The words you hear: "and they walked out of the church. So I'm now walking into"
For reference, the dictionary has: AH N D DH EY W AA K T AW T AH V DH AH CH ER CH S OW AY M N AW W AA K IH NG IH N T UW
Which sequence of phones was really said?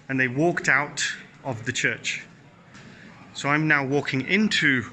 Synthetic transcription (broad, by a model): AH N DH EY W AA K T AW T AH V DH AH CH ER CH S OW AY M N AW W AA K IH NG IH N T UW